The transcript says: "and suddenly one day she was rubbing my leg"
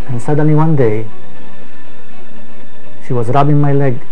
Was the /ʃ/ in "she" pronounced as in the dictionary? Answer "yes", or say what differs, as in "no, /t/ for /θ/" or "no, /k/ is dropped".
yes